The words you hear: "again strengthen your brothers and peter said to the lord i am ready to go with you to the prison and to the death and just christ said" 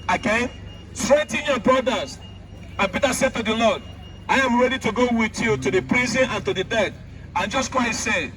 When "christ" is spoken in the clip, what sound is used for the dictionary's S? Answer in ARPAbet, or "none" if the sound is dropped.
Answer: none